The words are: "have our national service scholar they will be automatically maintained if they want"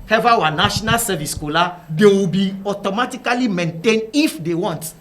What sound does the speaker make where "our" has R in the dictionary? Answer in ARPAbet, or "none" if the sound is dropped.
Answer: W